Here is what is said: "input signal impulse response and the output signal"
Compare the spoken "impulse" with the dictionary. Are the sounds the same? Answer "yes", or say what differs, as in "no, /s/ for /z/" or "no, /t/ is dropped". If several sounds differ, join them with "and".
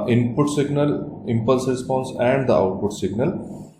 yes